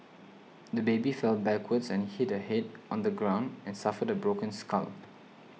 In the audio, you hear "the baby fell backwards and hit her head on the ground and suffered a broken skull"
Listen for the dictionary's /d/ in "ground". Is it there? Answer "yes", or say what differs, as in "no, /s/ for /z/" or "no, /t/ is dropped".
yes